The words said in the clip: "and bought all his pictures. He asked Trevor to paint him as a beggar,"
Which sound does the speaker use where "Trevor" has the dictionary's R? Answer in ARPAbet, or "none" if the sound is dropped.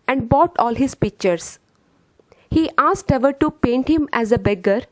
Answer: none